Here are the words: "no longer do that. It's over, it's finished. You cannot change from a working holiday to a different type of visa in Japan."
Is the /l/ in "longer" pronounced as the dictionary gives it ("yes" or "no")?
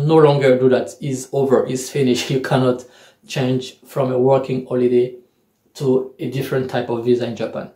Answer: yes